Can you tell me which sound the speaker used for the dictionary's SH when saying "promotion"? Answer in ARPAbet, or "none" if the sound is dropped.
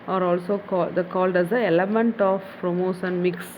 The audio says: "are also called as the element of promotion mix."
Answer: S